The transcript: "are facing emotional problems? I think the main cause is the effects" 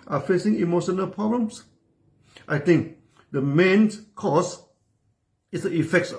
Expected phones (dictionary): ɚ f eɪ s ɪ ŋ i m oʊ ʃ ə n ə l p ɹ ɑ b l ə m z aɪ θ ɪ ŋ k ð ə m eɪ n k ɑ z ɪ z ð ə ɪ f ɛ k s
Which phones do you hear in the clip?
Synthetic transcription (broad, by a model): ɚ f eɪ s ɪ ŋ i m oʊ ʃ ə n ə l p ɹ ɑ b l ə m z aɪ t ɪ ŋ k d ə m eɪ n k ɑ s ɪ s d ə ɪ f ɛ k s